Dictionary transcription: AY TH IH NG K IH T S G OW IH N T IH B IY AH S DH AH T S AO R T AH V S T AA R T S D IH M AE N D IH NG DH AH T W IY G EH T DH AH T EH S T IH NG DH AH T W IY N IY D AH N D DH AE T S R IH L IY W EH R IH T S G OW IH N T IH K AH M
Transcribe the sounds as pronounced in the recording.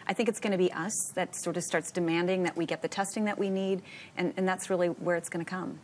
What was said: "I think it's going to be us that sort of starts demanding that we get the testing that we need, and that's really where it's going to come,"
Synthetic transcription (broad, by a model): AY TH IH NG K IH T S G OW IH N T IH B IY AH S DH AH T S AO R T AH V S T AA R T S D IH M AE N D IH NG DH AH T W IY G EH T DH AH T EH S T IH NG DH AH T W IY N IY D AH N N DH AE T S R IH L IY W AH R IH T S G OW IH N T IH K AH M